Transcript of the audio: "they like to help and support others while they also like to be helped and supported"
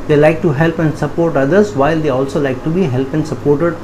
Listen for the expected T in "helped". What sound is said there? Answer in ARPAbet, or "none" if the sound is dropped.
none